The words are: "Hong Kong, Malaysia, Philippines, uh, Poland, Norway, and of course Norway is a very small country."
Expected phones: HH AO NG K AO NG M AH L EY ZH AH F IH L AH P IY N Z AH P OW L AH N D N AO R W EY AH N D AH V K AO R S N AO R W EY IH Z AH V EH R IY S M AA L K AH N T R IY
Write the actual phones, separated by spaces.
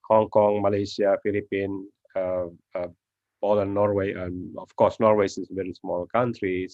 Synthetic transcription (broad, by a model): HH AO NG K AO NG M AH L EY S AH F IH L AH P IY N AH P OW L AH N N AO R W EY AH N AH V K AO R S N AO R W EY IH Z V EH R IY S M AA L K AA N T R IY